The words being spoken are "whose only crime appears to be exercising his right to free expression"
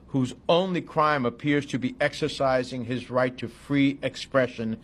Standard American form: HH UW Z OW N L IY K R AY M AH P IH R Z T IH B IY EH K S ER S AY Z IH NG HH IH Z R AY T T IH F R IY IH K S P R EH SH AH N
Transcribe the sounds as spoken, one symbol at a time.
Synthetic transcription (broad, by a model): HH UW Z OW N L IY K R AY M AH P IH R Z T IH B IY EH K S ER S AY Z IH NG IH Z R AY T T IH F R IY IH K S P R EH SH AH N